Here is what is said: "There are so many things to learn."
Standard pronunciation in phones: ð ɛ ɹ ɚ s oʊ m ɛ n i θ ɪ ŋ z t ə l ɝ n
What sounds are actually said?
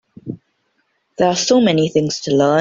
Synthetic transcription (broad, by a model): ð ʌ ɹ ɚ s oʊ m ɛ n i θ ɪ ŋ z t ə l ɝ